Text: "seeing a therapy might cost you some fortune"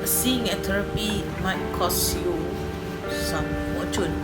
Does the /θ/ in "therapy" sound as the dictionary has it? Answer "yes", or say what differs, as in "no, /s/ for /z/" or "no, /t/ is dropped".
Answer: no, /t/ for /θ/